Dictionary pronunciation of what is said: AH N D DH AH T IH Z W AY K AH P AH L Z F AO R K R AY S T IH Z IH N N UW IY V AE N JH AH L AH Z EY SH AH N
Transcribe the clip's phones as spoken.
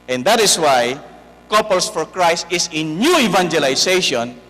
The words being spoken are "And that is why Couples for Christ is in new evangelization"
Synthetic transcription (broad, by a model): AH N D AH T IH S W AY K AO P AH L S F AO R K R AY S T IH S IH N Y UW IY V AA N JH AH L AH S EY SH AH N